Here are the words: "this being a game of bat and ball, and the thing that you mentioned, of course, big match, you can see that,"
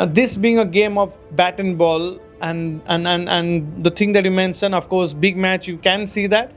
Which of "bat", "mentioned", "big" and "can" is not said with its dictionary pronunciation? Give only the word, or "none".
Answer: mentioned